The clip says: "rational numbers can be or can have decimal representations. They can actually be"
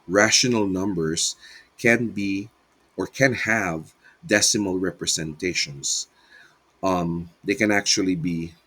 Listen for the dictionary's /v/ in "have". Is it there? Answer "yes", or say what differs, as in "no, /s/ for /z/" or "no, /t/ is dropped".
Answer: yes